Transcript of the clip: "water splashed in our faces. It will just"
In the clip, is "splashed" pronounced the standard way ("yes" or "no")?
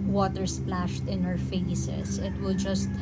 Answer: yes